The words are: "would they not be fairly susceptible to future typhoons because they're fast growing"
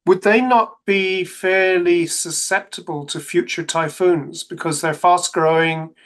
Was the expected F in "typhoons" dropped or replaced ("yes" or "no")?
no